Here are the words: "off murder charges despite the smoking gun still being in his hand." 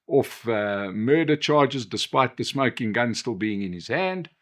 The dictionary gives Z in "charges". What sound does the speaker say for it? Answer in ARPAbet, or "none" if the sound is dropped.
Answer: Z